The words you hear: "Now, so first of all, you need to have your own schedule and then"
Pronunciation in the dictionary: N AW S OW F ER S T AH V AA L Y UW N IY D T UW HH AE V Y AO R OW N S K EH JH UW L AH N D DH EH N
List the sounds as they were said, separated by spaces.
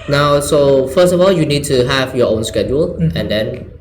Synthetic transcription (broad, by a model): N AW S OW F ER S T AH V AA L Y UW N IY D T UW HH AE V Y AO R OW N S K EH JH UW L AH N D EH N